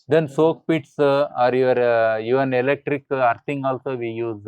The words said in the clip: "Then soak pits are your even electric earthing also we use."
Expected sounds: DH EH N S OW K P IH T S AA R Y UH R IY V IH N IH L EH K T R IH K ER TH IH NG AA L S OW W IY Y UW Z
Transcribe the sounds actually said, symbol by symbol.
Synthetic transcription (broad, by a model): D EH N S OW K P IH T S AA R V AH R IY V IH N IH L EH K T R IH K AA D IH NG AA L S OW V IY Y UW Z